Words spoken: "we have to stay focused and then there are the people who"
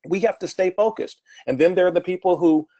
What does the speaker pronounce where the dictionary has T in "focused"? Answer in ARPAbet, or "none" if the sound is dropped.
T